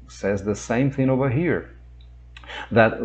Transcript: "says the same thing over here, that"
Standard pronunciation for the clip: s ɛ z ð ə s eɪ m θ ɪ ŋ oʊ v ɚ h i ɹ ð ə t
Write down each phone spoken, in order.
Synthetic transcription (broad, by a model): s ɛ z ð ə s eɪ m θ ɪ ŋ oʊ v ɚ h i ɹ ð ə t